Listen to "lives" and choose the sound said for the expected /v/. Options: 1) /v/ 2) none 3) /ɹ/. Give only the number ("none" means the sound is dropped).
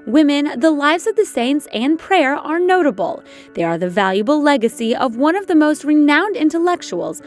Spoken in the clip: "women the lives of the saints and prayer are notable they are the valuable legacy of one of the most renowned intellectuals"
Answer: 1